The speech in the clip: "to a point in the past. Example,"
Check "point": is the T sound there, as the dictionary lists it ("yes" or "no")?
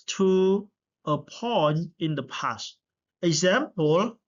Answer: no